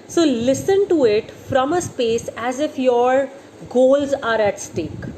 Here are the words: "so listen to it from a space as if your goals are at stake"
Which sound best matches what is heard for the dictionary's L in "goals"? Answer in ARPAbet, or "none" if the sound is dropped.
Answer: L